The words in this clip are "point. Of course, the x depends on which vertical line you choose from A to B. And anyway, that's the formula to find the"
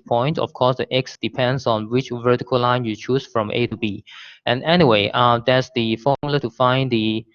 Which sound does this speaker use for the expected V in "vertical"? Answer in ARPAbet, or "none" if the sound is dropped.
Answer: V